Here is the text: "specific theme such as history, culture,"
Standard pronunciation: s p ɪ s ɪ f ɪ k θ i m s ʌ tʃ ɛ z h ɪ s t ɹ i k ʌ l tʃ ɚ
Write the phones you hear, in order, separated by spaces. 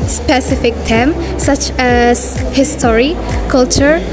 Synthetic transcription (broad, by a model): s p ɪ s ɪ f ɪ k t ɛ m s ʌ tʃ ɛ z h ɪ s t ɹ i k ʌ l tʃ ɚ